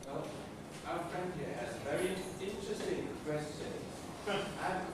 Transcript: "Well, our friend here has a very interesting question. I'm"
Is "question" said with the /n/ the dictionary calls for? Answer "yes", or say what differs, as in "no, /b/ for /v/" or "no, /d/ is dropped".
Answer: no, /n/ is dropped